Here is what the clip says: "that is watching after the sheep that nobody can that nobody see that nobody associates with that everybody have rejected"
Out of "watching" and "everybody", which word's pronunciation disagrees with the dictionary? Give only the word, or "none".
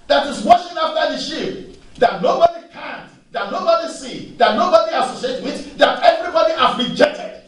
watching